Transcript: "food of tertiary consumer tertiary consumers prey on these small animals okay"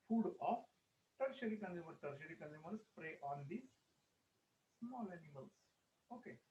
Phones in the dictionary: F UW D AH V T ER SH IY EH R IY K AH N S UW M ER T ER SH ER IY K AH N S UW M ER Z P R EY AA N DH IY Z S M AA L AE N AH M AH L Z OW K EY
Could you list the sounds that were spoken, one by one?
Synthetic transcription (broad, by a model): F UW D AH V T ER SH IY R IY K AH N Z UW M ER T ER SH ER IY K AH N UW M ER S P R EY AA N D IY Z S M AA L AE N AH M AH L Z OW K EY